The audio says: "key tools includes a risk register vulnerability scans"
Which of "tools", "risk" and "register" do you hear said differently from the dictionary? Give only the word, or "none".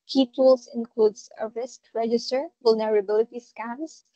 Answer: tools